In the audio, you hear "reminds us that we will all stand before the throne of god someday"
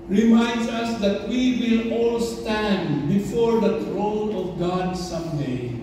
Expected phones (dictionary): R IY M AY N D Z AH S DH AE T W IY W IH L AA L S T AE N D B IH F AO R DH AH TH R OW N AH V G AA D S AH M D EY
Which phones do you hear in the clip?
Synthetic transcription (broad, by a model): R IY M AY N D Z AH S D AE T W IY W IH L AA L S T AE N D B IH F AO R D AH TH R OW N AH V G AA D S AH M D EY